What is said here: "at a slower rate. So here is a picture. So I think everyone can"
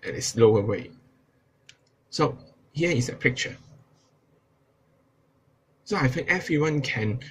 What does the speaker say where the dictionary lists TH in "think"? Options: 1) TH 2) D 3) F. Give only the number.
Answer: 3